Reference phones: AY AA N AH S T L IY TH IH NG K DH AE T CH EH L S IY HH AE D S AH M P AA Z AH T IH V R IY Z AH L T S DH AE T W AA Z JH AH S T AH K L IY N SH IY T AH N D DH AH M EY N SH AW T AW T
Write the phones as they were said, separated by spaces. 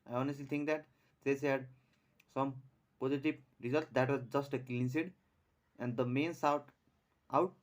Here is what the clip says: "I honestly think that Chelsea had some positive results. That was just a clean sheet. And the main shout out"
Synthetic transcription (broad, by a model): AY AA N AH S T L IY T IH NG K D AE T S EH S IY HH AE D S AH M P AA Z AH T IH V R IY Z AH L T S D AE T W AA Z JH AH S T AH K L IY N S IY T AH N D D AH M EY N S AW T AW T